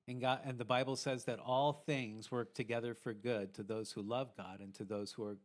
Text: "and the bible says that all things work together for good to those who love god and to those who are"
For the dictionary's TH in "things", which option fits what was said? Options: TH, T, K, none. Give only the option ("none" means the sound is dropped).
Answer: TH